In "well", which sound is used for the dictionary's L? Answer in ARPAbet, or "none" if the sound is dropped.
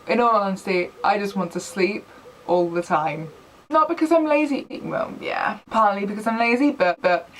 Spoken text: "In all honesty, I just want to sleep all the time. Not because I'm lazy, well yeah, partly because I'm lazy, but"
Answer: N